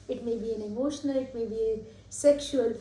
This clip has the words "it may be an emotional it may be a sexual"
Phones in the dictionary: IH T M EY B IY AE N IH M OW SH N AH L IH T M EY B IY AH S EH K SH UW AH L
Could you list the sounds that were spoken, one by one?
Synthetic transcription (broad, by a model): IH T M EY B IY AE N IH M OW SH N AH L IH T M EY B IY AH S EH K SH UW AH L